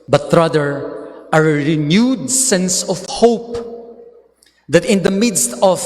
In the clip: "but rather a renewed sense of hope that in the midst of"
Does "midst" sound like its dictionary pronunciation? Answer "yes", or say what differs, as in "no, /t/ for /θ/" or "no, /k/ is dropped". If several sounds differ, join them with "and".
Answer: yes